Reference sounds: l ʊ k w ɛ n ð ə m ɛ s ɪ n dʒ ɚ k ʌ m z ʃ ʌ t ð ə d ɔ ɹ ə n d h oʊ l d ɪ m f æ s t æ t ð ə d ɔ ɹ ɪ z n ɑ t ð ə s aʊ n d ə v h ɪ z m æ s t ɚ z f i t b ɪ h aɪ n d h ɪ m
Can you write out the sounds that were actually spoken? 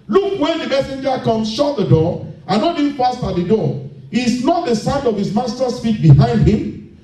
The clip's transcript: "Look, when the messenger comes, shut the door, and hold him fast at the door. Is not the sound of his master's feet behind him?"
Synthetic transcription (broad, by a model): l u k w ɛ n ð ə m ɛ s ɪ n dʒ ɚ k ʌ m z ʃ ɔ t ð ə d ɔ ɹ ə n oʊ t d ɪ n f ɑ s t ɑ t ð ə d ɔ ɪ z n ɑ t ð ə s aʊ n d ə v h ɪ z m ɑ s t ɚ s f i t b ɪ h aɪ n d h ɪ m